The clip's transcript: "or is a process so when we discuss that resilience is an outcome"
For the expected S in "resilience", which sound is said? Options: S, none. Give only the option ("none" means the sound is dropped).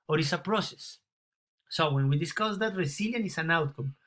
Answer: none